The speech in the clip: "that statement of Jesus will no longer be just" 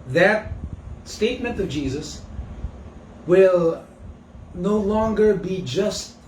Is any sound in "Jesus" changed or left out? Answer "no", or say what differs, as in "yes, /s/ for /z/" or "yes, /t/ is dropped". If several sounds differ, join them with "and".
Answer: no